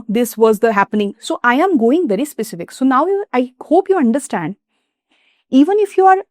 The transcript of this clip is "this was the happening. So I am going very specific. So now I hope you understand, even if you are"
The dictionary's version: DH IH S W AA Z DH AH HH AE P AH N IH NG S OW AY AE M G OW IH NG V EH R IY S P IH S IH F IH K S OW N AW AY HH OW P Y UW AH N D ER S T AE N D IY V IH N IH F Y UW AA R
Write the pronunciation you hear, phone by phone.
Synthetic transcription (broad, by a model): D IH S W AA Z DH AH HH AE P AH N IH NG S OW AY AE M G OW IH NG V EH R IY S P IH S IH F IH K S OW N AW AY HH OW P Y UW AH N D ER S T AE N D IY V IH N IH F Y UW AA R